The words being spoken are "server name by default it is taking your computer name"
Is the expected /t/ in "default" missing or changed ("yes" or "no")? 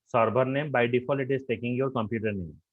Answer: yes